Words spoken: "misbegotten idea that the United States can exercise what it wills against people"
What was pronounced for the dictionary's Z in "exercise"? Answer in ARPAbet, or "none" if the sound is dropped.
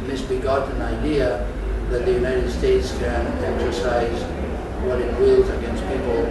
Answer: Z